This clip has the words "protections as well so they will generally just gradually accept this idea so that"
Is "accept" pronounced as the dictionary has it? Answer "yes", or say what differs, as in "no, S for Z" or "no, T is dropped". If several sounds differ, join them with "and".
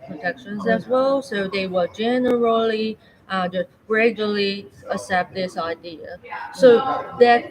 no, K is dropped